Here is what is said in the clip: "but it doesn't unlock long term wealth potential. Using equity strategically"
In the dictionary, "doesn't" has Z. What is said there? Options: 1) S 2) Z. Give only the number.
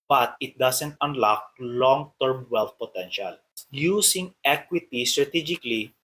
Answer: 1